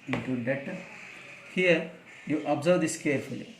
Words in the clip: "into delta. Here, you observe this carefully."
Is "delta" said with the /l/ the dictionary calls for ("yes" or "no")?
no